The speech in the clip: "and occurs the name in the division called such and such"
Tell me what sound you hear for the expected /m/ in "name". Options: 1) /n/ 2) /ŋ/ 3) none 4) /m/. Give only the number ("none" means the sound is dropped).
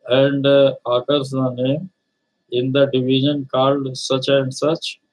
4